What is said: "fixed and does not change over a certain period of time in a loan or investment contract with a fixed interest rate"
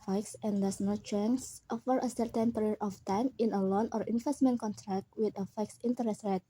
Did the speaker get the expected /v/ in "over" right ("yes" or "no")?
no